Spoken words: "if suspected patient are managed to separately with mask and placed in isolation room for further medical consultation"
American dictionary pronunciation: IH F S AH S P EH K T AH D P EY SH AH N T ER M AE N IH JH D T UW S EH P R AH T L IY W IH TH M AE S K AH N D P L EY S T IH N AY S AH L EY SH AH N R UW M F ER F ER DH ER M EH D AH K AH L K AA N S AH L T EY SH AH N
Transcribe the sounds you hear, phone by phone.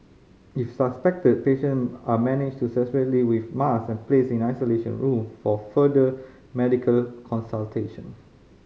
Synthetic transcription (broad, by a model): IH F S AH S P EH K T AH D P EY SH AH N AA M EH N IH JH T UW S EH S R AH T L IY W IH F M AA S AH N P L EY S IH N AY S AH L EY SH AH N R UW M F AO F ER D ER M EH D AH K AH L K AA N S AH L T EY SH AH N